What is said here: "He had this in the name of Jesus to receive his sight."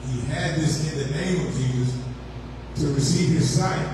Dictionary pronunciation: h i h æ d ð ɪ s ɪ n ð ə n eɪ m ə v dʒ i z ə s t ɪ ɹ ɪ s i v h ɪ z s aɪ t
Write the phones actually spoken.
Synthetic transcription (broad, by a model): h i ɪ d ð ɪ s ɪ n ð ə n eɪ m ə v dʒ i z ə s t ɪ ɹ ɪ s i v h ɪ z s aɪ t